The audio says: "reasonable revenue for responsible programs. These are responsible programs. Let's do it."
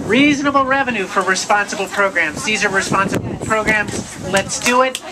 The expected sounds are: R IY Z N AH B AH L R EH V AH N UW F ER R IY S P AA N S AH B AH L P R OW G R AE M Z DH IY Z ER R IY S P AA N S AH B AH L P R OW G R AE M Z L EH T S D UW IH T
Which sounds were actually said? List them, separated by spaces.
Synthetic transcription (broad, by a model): R IY Z N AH B L R EH V AH N UW F ER R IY S P AA N S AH B L P R OW G R AE M Z DH IY Z ER R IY S P AA N S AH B L P R OW G R AE M Z L EH T S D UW IH T